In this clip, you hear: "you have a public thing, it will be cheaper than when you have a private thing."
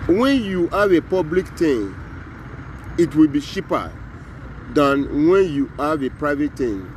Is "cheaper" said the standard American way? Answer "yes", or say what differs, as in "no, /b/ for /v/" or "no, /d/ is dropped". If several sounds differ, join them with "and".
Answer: no, /ʃ/ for /tʃ/